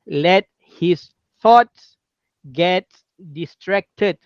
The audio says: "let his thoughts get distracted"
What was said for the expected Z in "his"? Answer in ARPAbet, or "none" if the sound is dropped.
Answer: S